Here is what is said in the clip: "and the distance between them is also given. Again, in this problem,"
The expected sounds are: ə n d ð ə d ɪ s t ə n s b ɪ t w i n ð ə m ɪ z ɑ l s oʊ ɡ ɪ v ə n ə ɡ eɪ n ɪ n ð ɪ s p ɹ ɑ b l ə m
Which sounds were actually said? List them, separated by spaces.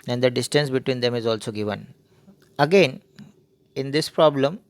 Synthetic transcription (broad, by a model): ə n d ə d ɪ s t ə n s b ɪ t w i n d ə m ɪ z ɑ l s oʊ ɡ ɪ v ə n ə ɡ eɪ n ɪ n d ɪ s p ɹ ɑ b l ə m